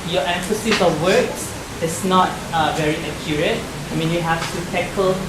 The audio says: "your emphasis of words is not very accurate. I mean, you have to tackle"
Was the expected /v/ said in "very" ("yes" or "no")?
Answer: yes